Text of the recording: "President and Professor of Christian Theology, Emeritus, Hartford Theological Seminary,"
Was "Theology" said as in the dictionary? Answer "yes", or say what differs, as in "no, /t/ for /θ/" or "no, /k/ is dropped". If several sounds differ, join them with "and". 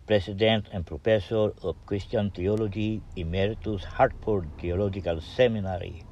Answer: no, /t/ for /θ/